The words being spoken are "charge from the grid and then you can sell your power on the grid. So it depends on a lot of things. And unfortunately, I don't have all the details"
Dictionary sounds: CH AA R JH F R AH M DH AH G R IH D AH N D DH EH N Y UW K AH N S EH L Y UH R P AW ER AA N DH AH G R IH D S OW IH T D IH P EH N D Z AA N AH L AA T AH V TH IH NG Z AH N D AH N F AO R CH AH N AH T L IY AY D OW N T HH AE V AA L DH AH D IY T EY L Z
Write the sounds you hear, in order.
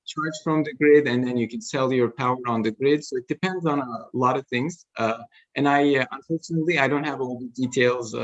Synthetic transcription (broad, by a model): CH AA R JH F R AH M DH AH G R IH D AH N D DH EH N Y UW K AH N S EH L Y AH R P AW ER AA N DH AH G R IH D S OW IH T D IH P EH N D Z N AH L AA T AH V TH IH NG Z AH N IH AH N F AO R CH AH N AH T L IY AY D OW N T HH AE V AA L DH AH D IY T EY L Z